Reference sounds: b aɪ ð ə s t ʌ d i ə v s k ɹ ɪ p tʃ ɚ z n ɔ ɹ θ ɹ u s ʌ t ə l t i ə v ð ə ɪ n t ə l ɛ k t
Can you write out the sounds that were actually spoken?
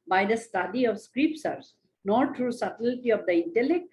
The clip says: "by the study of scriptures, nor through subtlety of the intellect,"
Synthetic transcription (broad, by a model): b aɪ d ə s t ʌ d i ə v s k ɹ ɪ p s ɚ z n ɔ ɹ t ɹ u s ʌ t ə l t i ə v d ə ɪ n t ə l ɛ k t